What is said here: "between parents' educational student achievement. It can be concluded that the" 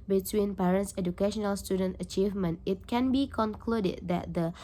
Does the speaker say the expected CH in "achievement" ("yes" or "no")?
yes